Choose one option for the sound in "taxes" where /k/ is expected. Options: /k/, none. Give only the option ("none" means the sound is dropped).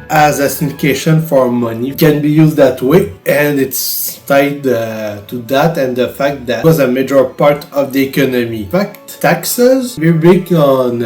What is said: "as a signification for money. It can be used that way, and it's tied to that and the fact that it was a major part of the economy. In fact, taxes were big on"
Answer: /k/